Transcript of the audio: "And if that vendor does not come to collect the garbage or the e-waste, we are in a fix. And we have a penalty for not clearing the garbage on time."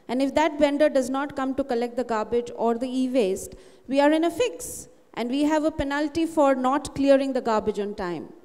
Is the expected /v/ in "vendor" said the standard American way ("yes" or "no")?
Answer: no